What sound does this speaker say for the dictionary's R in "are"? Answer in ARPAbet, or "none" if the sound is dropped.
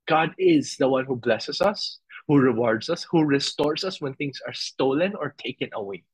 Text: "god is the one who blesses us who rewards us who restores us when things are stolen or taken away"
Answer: R